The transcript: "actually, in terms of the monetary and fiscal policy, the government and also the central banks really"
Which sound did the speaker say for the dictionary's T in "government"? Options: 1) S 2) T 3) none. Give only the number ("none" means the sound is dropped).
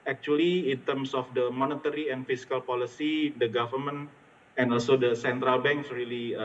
3